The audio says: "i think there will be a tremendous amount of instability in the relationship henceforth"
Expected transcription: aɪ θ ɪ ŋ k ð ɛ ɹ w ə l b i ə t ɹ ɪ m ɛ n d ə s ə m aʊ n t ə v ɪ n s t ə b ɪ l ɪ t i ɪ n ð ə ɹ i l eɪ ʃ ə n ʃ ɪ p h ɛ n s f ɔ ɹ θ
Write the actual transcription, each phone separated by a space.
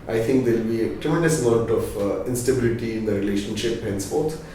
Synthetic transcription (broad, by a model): aɪ t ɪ ŋ k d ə l b i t ɹ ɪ m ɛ n d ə s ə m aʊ t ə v ɪ n s t ə b ɪ l ɪ t i ɪ n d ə ɹ i l eɪ ʃ ə n ʃ ɪ p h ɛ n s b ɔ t